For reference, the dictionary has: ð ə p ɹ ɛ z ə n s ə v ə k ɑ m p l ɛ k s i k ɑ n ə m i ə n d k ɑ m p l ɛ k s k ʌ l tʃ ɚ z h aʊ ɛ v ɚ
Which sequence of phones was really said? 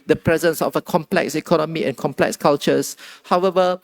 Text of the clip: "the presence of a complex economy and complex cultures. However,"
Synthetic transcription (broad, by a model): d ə p ɹ ɛ z ə n s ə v ə k ɑ m p l ɛ k s i k ɑ n ə m i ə n k ɑ m p l ɛ k s k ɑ l tʃ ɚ s h aʊ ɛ v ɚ